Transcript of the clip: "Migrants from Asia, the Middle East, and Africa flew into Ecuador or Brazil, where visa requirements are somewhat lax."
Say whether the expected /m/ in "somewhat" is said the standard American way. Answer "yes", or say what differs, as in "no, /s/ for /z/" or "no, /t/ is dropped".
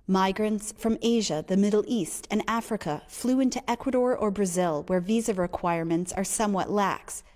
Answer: yes